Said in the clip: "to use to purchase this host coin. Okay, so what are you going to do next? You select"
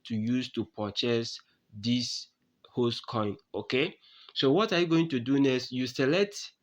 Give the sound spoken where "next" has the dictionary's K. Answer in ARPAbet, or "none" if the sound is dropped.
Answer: none